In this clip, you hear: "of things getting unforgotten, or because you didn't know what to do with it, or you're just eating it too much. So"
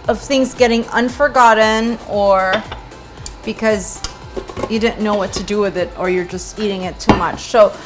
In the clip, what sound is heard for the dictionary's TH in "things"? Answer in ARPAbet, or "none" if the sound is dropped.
TH